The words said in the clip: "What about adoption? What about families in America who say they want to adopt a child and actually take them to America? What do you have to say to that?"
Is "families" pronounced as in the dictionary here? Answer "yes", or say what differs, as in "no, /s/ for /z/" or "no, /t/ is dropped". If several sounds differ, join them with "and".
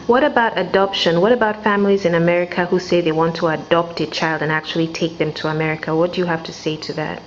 yes